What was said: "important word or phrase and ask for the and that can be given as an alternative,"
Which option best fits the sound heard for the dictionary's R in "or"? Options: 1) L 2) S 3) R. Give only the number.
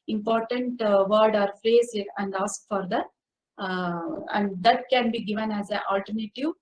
3